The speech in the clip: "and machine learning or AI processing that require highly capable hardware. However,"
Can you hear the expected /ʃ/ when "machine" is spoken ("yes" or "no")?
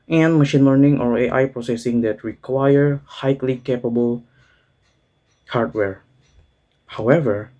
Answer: yes